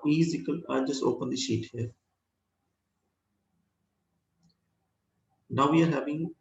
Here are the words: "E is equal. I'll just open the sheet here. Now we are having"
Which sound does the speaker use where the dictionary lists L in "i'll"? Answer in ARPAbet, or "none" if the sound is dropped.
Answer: N